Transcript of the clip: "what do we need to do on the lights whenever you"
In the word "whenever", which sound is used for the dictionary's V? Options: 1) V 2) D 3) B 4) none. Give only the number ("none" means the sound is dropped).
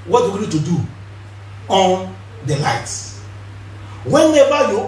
3